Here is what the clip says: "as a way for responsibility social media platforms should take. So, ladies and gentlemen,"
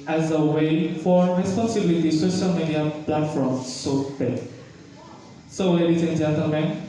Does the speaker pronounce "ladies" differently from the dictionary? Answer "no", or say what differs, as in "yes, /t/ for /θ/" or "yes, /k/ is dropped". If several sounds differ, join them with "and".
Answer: yes, /w/ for /l/